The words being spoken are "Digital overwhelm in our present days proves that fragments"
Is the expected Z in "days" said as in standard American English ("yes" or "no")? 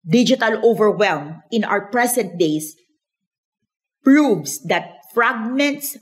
no